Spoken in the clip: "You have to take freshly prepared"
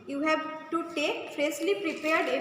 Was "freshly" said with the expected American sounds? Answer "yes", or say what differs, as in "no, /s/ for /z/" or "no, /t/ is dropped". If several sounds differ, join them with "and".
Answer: no, /s/ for /ʃ/